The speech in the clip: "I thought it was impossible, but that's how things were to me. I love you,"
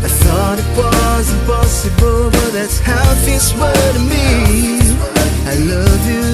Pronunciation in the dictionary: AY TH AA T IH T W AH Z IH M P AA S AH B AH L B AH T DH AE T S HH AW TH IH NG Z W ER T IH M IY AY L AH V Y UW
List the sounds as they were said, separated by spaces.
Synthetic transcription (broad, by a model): AY TH AA T IH T W AH Z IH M P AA S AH B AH L B AH T DH AE T S HH AW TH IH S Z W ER T IH M IY AY L AH V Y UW